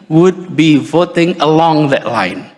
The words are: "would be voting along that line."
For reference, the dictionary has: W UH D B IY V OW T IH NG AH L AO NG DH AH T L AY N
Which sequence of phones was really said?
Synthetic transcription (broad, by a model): W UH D B IY V OW T IH NG AH L AO NG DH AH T L AY N